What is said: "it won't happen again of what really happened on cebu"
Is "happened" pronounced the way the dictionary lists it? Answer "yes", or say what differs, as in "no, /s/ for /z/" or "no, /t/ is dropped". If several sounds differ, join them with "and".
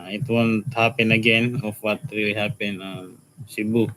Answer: no, /d/ is dropped